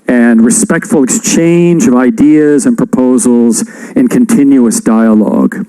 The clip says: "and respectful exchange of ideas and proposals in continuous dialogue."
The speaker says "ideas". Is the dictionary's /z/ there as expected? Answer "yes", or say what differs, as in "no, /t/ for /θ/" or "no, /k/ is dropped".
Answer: yes